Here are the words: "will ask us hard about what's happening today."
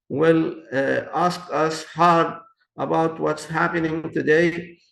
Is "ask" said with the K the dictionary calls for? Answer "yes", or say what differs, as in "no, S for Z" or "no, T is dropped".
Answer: yes